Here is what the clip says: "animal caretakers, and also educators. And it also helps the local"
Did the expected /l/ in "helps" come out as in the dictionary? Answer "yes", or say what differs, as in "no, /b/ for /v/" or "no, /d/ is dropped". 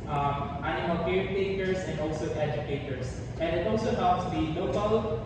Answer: no, /l/ is dropped